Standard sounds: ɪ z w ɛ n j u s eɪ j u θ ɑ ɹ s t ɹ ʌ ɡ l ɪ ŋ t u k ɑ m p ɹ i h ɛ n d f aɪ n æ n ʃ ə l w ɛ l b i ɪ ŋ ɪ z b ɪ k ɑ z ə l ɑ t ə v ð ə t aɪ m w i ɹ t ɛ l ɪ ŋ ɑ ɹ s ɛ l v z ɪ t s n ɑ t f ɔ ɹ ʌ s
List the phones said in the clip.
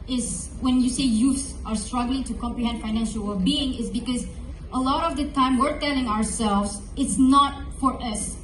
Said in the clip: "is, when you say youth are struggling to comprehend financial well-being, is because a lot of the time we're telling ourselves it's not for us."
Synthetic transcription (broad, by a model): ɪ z w ɛ n j u s eɪ j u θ ɑ ɹ s t ɹ ʌ ɡ l ɪ ŋ t u k ɑ m p ɹ i h ɛ n d f aɪ n æ n ʃ ə l w ɛ l b i ɪ ŋ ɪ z b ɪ k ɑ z ə l ɑ t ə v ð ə t aɪ m w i ɹ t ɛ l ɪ ŋ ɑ ɹ s ɛ l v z ɪ t s n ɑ t f ɔ ɹ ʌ s